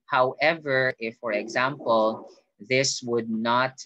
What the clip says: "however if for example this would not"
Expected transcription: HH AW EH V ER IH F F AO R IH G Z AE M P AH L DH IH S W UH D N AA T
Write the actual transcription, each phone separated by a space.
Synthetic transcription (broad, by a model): HH AW EH V ER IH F F AO R IH G Z AE M P AH L DH IH S W UH D N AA T